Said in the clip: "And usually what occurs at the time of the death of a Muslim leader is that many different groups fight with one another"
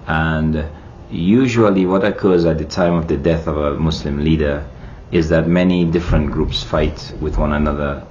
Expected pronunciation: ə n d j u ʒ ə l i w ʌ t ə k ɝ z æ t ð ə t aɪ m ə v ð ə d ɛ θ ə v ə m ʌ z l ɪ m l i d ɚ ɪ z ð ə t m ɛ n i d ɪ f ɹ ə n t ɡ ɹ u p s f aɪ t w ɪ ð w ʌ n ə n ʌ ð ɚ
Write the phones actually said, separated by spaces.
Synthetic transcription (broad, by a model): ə n j u ʒ ə l i w ʌ t ə k ɝ z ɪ t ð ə t aɪ m ə v ð ə d ɛ θ ə v ə m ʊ s l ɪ m l i d ɚ ɪ z ð ə t m ɛ n i d ɪ f ɹ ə n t ɡ ɹ u p s f aɪ t w ɪ ð w ʌ n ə n ʌ ð ɚ